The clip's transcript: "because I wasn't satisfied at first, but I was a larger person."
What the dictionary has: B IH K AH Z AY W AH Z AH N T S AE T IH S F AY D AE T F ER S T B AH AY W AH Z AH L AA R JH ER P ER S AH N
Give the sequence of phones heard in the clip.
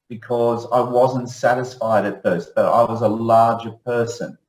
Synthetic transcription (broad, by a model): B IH K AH Z AY W AH Z AH N T S AE T IH S F AY D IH T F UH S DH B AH AY W AH Z AH L AA R JH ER P ER S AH N